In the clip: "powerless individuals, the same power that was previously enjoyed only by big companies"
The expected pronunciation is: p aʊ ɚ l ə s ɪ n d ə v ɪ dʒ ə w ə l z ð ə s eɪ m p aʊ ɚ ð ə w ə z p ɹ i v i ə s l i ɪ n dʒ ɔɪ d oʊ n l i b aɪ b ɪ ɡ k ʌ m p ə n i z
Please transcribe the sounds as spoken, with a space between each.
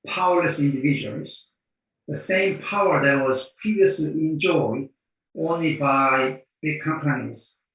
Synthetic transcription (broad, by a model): p aʊ ɚ l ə s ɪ n d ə v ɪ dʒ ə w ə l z ð ə s eɪ m p aʊ ɚ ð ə w ə z p ɹ i v i ə s l i ɪ n dʒ ɔɪ d oʊ n l i b aɪ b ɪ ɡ k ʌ m p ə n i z